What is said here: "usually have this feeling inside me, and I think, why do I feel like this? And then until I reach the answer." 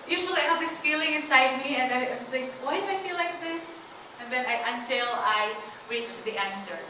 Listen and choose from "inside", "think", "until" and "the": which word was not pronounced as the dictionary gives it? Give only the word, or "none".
think